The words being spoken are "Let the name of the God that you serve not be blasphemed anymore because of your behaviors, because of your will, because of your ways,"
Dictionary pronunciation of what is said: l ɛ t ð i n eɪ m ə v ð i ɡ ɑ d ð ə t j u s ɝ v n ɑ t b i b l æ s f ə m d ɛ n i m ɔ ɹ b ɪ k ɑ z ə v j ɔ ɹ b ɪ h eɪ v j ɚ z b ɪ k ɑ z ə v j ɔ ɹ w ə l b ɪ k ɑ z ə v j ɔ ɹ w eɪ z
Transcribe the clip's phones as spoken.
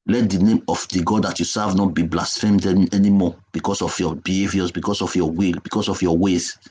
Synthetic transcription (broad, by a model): l ɛ t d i n eɪ m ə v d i ɡ ɑ d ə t j u s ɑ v n ɑ t b i b l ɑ s f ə m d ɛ n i m ɔ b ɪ k ɑ s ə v j ɔ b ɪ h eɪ v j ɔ s b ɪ k ɑ s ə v j ɔ w ə l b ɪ k ɑ s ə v j ɔ w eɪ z